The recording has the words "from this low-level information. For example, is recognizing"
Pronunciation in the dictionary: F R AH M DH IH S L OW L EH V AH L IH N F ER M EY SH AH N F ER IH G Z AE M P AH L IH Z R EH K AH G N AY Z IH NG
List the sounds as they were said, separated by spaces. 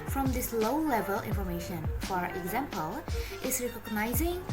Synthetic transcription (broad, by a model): F R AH M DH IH S L OW L EH V AH L IH N F ER M EY SH AH N F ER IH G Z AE M P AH L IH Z R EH K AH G N AY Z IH NG